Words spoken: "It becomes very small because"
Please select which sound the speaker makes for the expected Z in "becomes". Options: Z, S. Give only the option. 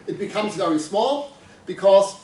Z